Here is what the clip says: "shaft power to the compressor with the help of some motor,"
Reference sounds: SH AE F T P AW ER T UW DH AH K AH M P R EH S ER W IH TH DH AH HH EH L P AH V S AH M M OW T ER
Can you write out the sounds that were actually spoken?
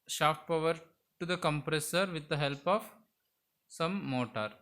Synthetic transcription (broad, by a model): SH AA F T P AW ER T UW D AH K AH M P R EH S ER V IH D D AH HH EH L P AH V S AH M M OW T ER